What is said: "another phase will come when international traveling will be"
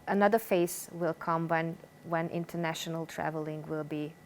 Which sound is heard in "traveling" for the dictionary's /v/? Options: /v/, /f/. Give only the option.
/v/